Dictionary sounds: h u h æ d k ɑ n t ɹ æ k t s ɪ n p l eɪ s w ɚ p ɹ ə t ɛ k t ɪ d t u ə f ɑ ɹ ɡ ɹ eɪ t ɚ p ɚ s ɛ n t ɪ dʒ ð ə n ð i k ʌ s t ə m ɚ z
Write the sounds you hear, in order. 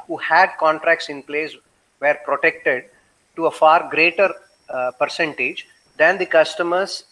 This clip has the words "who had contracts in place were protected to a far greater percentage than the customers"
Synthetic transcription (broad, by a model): h u h æ d k ɑ n t ɹ æ k t s ɪ n p l eɪ s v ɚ p ɹ ə t ɛ k t ɪ d t u ə f ɑ ɹ ɡ ɹ eɪ t ɚ p ɚ s ɛ n t ɪ dʒ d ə n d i k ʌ s t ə m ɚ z